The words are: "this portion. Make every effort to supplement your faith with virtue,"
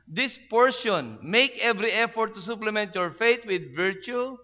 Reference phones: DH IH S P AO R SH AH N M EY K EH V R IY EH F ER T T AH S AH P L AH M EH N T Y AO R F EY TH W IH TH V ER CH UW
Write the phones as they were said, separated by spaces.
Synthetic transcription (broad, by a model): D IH S P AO R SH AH N M EY K EH V R IY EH F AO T T AH S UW P L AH M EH N T Y AO R F EY T W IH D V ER CH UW